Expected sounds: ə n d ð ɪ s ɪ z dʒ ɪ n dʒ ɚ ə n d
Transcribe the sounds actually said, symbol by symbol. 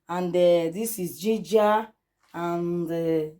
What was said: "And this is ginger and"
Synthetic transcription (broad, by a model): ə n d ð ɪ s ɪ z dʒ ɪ dʒ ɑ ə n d